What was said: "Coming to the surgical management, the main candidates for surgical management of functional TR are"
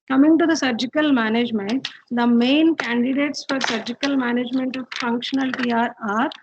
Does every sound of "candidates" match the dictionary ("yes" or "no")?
yes